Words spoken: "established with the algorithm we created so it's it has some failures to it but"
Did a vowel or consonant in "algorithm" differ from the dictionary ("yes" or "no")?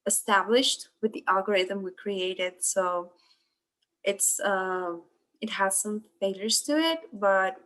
no